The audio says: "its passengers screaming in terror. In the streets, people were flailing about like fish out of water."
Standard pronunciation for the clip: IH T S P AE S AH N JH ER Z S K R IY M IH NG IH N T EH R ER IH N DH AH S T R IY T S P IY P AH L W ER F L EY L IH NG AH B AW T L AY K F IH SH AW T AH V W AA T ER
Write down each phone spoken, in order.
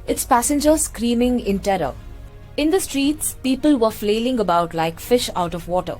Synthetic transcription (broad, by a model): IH T S P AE S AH N JH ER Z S K R IY M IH NG IH N T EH R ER IH N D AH S T R IY T S P IY P AH L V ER F L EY L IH NG AH B AW T L AY K F IH SH AW T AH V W AA T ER